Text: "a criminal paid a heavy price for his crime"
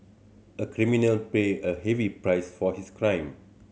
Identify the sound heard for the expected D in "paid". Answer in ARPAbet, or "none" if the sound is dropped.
none